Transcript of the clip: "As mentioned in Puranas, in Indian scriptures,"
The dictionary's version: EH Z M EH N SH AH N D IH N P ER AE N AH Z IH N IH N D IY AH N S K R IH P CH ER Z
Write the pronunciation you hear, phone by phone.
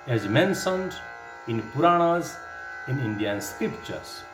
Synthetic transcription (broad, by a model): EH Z M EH N S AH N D IH N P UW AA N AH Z IH N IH N D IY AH N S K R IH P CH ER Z